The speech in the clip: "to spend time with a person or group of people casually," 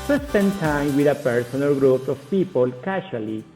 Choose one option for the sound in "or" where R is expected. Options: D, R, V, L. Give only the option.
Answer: L